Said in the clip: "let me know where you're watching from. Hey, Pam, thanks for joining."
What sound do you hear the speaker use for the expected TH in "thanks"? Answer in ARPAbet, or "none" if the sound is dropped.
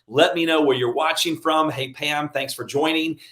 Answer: TH